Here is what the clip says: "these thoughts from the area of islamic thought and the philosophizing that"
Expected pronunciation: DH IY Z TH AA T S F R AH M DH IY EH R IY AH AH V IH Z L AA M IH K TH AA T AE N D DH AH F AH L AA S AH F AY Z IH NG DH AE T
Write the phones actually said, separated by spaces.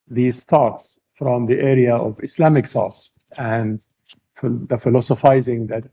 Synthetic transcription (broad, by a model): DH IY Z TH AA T S F R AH M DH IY EH R IY AH AH V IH S L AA M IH K S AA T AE N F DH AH F AH L AA S AH F AY Z IH NG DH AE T